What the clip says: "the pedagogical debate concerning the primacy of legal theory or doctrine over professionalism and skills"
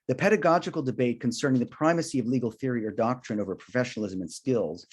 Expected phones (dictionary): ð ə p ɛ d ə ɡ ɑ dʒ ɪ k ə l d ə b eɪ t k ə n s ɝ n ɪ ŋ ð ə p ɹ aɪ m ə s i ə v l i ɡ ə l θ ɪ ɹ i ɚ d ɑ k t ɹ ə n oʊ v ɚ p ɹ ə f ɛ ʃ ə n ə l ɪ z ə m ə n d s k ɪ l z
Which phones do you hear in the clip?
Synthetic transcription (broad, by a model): ð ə p ɛ d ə ɡ ɑ dʒ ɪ k l d ə b eɪ t k ə n s ɝ n ɪ ŋ ð ə p ɹ aɪ m ə s i ə v l i ɡ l θ ɪ ɹ i ɚ d ɑ k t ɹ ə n oʊ v ɚ p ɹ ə f ɛ ʃ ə n l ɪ z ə m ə n s k ɪ l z